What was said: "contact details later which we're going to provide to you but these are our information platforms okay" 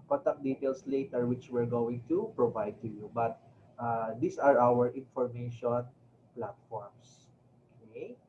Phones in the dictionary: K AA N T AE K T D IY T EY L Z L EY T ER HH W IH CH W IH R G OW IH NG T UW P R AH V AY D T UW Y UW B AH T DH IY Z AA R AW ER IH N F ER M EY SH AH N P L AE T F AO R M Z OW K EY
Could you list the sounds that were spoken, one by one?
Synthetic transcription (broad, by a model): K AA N T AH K D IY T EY L S L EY T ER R W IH CH W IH R G OW IH NG T UW P R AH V AY D T UW Y UW B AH T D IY S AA R AW ER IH N F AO M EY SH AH N P L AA T F AO R M S OW K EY